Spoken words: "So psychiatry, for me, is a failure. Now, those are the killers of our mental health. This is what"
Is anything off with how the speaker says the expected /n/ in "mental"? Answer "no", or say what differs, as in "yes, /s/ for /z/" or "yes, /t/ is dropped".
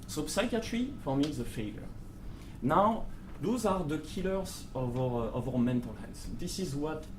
no